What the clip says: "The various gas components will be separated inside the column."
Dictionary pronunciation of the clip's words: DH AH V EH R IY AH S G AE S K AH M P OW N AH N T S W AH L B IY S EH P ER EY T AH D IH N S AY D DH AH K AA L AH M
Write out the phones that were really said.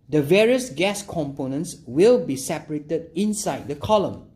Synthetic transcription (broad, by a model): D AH V EH R IY AH S G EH S K AH M P OW N AH N T S W AH L B IY S EH P ER EY T AH D IH N S AY D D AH K AA L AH M